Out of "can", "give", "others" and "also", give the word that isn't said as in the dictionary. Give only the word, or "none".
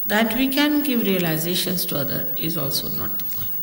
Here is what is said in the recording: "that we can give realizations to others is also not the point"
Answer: others